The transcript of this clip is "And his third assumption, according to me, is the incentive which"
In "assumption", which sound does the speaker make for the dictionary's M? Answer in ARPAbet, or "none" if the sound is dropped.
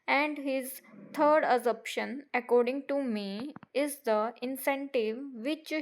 none